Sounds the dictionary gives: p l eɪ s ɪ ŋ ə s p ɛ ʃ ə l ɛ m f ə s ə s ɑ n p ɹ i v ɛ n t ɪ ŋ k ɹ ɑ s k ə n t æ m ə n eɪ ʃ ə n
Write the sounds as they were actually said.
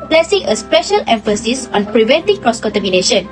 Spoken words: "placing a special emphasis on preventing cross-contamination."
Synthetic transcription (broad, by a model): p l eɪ s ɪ ŋ ə s p ɛ ʃ ə l ɛ m f ə s ə s ɑ n p ɹ i v ɛ n t ɪ ŋ k ɹ ɑ s k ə n t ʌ m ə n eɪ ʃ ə n